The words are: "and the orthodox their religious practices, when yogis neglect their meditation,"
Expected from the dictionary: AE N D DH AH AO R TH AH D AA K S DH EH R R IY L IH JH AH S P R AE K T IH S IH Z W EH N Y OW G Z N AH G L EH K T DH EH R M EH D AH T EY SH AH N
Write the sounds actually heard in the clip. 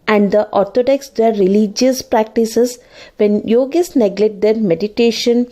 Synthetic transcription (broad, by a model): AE N D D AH AO R T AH D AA K S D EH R R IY L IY JH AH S P R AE K T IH S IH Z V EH N Y OW G S N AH G L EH T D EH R M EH D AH T EY SH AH N